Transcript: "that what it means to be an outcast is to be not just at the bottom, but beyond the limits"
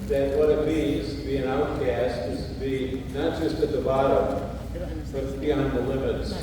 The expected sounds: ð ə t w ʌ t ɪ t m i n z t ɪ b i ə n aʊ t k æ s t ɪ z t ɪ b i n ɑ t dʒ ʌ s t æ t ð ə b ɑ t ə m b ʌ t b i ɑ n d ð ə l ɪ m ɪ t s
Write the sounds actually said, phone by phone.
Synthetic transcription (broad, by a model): ð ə t w ʌ t ɪ t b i z t ɪ b i ə n aʊ t k æ s t ɪ z t ɪ b i n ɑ t dʒ ʌ s t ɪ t ð ə b ɑ t ə m b ʌ t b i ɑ n ð ə l ɪ m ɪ t s